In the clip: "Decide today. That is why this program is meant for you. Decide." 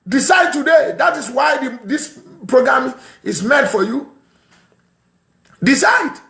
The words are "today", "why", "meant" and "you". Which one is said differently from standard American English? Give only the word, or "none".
meant